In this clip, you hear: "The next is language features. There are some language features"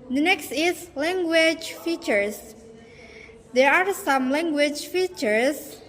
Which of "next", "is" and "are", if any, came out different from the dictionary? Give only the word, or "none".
is